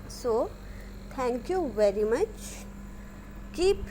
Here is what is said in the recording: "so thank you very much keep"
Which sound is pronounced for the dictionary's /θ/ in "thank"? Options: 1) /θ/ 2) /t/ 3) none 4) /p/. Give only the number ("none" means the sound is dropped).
2